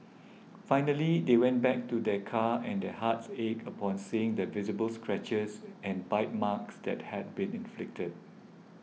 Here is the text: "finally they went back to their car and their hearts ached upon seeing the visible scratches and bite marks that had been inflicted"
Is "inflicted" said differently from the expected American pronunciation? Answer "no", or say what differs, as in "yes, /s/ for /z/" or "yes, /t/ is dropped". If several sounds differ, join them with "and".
no